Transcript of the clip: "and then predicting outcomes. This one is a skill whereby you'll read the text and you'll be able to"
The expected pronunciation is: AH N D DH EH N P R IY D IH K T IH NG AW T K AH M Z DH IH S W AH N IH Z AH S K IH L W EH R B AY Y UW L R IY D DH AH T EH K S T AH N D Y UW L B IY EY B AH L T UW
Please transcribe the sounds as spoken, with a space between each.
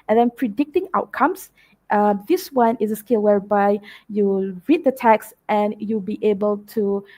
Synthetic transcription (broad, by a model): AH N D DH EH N P R IY D IH K T IH NG AW T K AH M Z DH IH S W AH N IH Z AH S K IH L W EH R B AY Y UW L R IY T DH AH T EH K S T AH N Y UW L B IY EY B AH L T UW